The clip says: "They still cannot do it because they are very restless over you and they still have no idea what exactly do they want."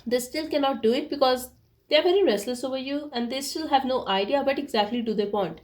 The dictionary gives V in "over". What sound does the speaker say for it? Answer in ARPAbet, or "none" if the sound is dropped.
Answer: V